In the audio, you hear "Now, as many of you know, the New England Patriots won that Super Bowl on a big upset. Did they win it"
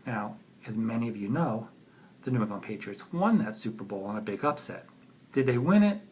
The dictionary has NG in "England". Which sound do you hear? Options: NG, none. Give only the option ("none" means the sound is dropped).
none